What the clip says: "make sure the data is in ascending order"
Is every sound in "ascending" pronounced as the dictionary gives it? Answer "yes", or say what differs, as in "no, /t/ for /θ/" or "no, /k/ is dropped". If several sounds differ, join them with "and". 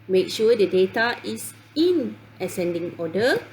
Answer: yes